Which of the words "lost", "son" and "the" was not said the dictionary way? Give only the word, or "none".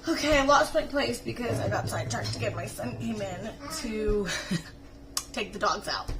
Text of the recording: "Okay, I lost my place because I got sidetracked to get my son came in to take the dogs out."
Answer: lost